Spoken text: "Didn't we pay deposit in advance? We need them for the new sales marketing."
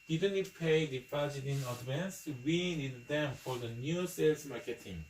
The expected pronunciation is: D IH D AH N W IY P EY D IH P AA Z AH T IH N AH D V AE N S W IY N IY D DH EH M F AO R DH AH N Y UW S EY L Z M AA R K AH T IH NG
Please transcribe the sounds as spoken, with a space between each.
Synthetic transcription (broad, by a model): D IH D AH N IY P EY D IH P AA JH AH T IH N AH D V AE N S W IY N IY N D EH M F AO R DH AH N Y UW S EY L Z M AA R K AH T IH NG